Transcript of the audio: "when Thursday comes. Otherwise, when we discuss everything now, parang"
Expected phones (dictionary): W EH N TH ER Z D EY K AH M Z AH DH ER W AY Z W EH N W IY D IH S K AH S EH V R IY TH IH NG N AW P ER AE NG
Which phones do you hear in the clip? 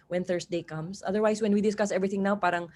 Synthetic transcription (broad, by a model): W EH N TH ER S D EY K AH M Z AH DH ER W AY S W EH N W IY D IH S K AH S EH V R IY TH IH NG N AW P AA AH NG